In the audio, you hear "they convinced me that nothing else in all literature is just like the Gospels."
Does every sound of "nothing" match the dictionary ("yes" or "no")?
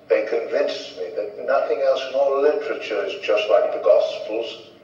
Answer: yes